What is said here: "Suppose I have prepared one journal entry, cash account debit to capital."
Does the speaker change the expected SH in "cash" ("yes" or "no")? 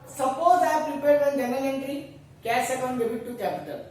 yes